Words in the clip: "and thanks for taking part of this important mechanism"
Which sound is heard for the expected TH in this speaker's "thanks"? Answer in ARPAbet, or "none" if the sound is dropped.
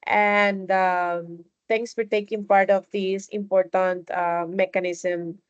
T